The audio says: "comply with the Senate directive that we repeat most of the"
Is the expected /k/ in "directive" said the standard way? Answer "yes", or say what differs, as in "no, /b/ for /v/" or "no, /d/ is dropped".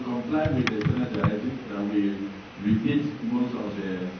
no, /k/ is dropped